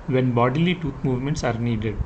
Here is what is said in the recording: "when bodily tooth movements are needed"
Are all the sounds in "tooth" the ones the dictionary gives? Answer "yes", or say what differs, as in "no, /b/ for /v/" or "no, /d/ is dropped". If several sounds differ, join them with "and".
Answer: no, /t/ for /θ/